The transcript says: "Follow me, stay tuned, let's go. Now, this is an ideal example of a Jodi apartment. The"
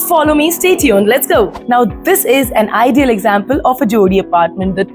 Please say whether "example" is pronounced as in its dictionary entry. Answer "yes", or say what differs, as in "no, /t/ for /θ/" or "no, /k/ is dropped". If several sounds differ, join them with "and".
yes